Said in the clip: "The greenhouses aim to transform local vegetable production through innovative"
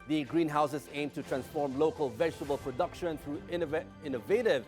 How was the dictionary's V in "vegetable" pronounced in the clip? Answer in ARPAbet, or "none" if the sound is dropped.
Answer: V